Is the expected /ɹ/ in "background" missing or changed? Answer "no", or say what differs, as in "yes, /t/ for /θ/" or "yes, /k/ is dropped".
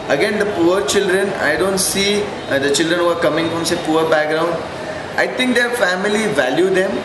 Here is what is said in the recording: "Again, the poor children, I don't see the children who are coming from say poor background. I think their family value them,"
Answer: no